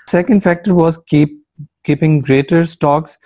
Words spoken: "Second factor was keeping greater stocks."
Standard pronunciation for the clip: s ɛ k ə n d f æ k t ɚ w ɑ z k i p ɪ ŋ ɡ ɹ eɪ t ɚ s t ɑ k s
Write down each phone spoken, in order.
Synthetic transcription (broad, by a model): s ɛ k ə n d f æ k t ɚ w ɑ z k i p ɪ ŋ ɡ ɹ eɪ t ɚ s t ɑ k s